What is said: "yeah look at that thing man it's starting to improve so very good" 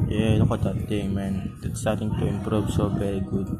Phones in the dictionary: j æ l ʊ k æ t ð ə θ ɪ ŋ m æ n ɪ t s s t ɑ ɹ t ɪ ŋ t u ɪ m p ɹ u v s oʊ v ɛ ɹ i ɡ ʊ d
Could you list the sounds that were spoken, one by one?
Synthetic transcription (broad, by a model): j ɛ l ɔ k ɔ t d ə t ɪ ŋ m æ n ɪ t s s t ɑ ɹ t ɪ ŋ t u ɪ m p ɹ u v s oʊ v ɛ ɹ i ɡ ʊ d